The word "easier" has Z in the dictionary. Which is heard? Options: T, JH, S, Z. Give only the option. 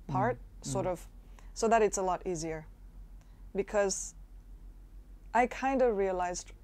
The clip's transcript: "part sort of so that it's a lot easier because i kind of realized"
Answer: Z